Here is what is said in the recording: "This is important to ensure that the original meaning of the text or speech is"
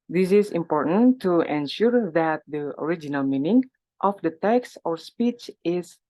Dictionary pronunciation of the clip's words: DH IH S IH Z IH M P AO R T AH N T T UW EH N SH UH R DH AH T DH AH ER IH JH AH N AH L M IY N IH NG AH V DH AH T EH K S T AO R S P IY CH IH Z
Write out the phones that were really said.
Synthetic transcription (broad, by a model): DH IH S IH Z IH M P AO R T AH N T T UW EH N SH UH R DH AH T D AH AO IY JH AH N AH L M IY N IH NG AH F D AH T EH K S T AO R S P IY CH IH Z